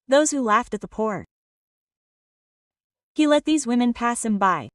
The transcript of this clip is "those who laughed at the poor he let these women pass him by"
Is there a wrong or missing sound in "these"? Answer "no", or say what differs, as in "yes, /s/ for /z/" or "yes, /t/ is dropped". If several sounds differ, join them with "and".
no